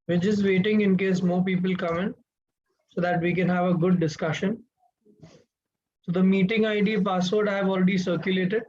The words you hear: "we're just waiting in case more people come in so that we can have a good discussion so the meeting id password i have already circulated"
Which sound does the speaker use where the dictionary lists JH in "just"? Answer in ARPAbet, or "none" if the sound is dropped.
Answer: CH